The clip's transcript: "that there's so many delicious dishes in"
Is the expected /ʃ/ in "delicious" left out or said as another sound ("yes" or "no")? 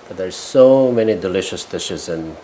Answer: no